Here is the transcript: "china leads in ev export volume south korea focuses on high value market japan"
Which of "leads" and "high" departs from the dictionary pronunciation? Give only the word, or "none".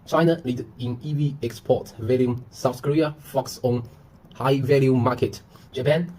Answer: leads